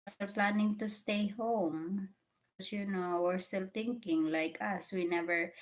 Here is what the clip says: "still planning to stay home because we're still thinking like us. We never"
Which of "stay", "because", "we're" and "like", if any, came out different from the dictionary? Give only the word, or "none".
because